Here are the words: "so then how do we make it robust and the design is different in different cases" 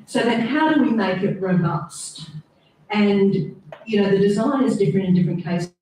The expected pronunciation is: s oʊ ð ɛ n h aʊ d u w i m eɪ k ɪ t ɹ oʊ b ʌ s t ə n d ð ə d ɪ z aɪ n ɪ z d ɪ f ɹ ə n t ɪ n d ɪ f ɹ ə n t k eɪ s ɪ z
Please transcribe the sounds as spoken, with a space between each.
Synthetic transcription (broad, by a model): s oʊ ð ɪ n h aʊ d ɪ w i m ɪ k ɪ t ɹ oʊ b ʌ s t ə n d ð ə d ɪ z aɪ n ɪ z d ɪ f ɹ ə n t ɪ n d ɪ f ɹ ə n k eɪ ɪ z